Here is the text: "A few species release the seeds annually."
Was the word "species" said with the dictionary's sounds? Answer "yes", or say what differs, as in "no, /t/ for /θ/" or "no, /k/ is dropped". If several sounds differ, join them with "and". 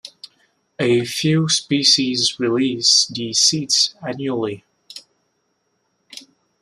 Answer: yes